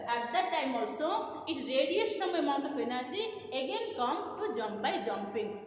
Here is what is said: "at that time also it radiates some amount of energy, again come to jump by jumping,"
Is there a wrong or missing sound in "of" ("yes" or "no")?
yes